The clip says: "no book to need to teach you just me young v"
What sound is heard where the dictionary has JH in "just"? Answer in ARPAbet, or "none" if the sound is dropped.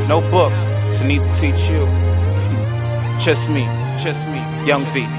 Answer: CH